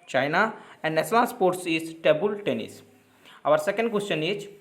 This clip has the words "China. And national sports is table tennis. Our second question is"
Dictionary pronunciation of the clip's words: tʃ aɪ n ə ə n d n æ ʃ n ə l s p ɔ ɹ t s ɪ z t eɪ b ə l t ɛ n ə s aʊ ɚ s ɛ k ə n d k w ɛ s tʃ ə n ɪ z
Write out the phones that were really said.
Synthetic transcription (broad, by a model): tʃ aɪ n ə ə n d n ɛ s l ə n s p ɔ ɹ t s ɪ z t eɪ b ə l t ɛ n ə s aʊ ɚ s ɛ k ə n d k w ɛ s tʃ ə n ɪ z